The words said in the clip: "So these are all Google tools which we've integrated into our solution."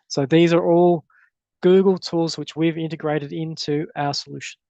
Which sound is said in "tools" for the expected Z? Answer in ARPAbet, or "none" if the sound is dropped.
Z